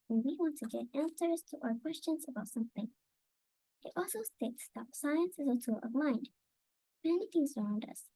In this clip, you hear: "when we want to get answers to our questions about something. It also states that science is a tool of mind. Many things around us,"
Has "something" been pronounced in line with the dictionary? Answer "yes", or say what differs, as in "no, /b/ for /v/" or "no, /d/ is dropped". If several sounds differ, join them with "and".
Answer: yes